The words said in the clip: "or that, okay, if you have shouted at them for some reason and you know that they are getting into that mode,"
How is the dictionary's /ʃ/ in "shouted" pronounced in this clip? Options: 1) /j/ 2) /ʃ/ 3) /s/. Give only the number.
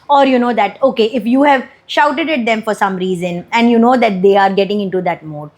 2